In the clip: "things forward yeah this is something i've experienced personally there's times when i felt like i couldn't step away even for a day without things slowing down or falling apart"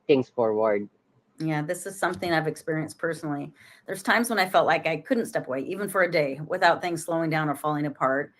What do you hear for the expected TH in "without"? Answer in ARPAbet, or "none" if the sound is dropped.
TH